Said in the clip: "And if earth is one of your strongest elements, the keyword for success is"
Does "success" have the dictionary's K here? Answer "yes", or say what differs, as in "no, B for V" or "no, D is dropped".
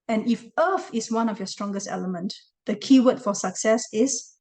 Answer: yes